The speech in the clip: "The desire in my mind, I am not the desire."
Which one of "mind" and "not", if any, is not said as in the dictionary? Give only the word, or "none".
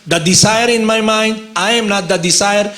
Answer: none